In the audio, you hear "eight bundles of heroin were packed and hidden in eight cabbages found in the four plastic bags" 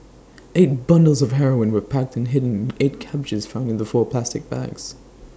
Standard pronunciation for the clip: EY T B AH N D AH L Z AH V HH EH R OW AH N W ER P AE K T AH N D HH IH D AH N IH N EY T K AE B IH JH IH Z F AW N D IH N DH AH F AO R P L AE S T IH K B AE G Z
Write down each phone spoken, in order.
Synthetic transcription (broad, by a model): EY T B AH N D L Z AH V HH EH R OW AH N W ER P AE K T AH N HH IH D N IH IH T K AE B IH JH IH Z F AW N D IH N DH AH F AO R P L AE S T IH K B AE G Z